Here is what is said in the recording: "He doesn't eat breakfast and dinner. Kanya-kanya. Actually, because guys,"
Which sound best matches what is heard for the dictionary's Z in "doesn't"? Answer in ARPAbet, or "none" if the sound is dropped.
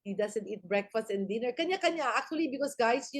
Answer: S